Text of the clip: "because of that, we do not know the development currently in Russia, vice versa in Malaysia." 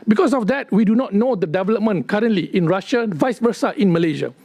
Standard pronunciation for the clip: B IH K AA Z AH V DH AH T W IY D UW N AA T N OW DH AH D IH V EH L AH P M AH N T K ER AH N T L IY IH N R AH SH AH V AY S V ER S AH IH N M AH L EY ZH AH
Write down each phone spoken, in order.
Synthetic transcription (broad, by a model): B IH K AA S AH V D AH T W IY D UW N AA T N OW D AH D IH V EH L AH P M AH N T K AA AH N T L IY IH N R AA SH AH V AY S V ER S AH IH N M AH L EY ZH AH